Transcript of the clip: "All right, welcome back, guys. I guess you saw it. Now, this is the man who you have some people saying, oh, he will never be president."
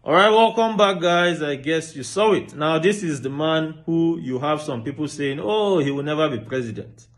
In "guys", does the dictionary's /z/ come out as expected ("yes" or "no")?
yes